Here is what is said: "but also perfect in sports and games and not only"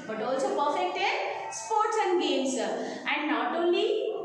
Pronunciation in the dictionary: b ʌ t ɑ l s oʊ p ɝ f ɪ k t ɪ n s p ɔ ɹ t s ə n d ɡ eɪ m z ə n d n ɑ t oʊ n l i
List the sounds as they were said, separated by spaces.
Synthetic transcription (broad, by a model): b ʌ t ɑ l s oʊ p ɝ f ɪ k t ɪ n s p ɔ ɹ t s ə n d ɡ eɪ m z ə n d n ɑ t oʊ n l i